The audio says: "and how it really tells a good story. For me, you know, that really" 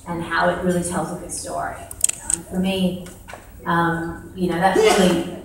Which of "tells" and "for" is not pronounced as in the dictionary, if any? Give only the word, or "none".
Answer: none